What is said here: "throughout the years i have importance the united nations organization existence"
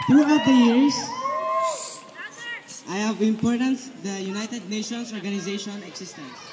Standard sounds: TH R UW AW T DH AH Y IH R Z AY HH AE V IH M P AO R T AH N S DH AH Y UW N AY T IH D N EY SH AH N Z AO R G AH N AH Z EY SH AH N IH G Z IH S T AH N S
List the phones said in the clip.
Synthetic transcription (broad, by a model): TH R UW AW T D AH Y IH R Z AY HH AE V IH M P AO R T AH N S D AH Y UW N AY T IH D N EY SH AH N S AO R G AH N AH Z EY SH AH N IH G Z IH S T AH N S